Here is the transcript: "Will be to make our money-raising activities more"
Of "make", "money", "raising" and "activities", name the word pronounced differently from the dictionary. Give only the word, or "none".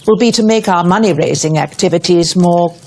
none